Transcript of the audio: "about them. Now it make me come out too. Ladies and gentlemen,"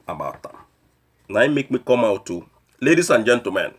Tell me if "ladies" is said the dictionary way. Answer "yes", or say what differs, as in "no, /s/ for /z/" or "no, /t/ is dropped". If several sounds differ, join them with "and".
no, /s/ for /z/